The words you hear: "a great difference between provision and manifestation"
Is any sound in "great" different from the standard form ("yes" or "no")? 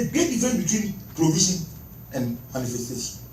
yes